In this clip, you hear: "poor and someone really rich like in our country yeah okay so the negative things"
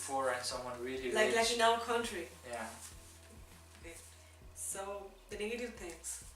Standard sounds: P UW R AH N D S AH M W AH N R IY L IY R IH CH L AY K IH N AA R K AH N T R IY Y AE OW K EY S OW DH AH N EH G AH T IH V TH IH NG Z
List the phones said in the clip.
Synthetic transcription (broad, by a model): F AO R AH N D S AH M W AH N R IY L IY L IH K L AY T IH N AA L K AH N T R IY Y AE OW K EY S OW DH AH N EH G AH T IH V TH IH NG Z